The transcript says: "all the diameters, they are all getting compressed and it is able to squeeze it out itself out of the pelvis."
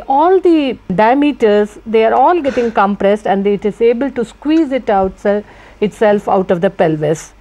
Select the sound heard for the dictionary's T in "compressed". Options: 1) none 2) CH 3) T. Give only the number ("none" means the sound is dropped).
3